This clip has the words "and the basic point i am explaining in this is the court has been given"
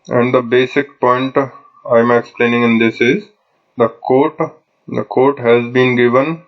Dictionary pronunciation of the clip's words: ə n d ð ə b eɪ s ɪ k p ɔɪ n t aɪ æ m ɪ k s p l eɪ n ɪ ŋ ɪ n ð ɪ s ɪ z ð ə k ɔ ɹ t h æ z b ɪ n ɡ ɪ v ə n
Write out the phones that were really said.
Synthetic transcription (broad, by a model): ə n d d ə b eɪ s ɪ k p ɔɪ n t aɪ m ɪ k s p l eɪ n ɪ ŋ ɪ n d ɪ s ɪ z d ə k ɔ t t h æ z b ɪ n ɡ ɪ v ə n